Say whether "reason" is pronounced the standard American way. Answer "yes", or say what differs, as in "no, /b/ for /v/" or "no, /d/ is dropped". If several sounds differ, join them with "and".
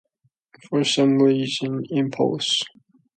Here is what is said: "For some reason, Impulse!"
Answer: no, /l/ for /ɹ/